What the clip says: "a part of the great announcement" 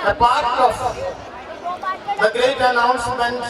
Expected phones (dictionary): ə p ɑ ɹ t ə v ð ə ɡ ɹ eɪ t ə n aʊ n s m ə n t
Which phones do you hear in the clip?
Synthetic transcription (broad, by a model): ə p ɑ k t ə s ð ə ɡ eɪ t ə n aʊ n s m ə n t